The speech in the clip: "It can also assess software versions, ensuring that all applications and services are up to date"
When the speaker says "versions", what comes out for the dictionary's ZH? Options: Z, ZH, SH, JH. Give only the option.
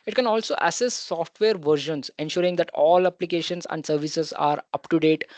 SH